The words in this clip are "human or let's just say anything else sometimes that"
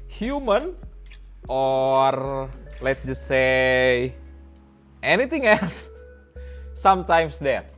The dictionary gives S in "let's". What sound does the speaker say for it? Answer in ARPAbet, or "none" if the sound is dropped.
none